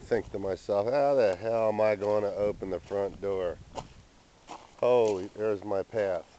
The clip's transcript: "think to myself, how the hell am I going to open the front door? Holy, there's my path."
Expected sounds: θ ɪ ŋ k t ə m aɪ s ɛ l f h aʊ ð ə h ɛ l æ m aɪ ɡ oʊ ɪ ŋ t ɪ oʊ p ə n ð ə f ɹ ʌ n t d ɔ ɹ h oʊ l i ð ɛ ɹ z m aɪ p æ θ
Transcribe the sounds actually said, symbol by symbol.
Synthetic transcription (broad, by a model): θ ɪ ŋ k t ə m aɪ s ɛ l f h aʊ ð ə h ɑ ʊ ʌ m aɪ ɡ oʊ ɪ ŋ t ɪ oʊ p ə n ð ə f ɹ ʌ n d ɔ ɹ h oʊ i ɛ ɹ z m aɪ p æ θ